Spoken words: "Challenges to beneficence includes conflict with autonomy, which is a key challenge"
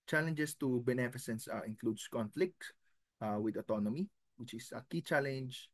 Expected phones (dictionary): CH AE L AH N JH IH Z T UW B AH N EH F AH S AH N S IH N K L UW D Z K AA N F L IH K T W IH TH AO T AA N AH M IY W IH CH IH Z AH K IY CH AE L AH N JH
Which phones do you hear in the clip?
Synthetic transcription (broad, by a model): CH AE L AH N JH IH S T UW B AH N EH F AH S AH N S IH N K L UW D S K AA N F L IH K T W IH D AO T AA N AH M IY W IH CH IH S AH K IY CH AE L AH N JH